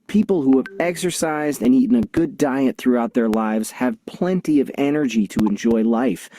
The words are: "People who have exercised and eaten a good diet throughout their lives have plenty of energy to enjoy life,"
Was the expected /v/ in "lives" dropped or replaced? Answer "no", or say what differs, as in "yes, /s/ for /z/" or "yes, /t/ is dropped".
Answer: no